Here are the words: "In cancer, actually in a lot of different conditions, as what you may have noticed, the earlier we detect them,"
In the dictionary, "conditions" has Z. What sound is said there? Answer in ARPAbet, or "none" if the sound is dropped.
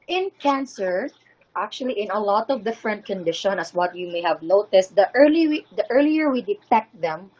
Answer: none